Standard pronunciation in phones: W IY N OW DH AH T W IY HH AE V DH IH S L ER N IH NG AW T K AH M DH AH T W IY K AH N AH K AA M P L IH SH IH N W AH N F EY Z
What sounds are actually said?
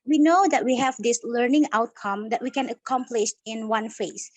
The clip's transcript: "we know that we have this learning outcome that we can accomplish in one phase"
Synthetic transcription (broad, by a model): W IY N OW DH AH T W IY HH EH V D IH S L ER N IH NG AW T K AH M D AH T W IY K AH N AH K AA M P L IH SH IH N W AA N F EY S